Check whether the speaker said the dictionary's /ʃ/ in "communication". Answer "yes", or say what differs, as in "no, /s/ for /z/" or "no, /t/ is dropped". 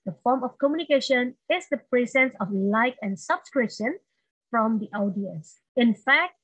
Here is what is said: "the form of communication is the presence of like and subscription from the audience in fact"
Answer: yes